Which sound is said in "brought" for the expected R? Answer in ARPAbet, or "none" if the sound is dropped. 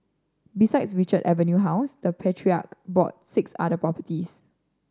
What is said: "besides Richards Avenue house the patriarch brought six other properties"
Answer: none